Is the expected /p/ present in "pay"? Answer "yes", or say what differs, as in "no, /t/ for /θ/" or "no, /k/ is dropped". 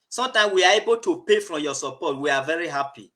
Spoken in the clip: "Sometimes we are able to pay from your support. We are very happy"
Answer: yes